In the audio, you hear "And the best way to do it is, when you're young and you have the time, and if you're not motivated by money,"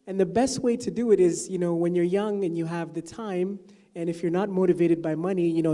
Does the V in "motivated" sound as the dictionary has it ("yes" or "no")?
yes